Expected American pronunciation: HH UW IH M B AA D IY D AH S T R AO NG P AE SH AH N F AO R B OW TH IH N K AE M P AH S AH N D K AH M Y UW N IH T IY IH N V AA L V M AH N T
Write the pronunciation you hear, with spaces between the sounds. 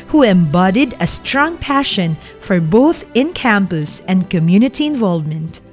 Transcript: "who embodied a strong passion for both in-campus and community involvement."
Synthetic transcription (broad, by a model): HH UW IH M B AA D IY D AH S T R AO NG P AE SH AH N F AO R B OW TH IH N K AE M P AH S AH N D K AH M Y UW N IH T IY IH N V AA L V M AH N T